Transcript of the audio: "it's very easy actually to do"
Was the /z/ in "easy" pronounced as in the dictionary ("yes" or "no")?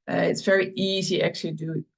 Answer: yes